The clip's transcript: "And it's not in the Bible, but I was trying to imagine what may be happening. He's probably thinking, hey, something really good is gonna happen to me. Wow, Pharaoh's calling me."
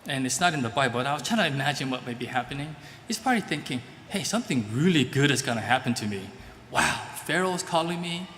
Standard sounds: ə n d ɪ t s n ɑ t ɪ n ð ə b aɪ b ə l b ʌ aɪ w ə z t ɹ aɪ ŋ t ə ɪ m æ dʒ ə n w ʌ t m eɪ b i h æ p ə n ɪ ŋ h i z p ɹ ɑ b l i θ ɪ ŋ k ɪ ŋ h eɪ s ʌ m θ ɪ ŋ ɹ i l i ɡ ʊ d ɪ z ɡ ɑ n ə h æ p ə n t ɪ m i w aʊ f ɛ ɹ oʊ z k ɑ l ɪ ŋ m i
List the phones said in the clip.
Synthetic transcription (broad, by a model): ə n ɪ t s n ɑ t ɪ n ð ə b aɪ b ə l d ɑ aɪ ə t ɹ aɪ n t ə ɪ m æ dʒ ə n w ʌ t m eɪ b i h æ p ə n ɪ ŋ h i s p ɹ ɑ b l i θ ɪ ŋ k ɪ ŋ h eɪ s ʌ m θ ɪ ŋ ɹ i l i ɡ ʊ d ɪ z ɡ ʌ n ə h æ p ə n t ɪ m i w aʊ f ɛ ɹ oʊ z k ɑ l ɪ ŋ m i